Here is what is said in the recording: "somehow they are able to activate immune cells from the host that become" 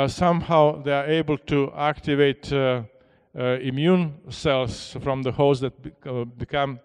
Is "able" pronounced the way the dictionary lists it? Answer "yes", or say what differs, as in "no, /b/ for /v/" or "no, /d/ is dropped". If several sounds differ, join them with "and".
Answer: yes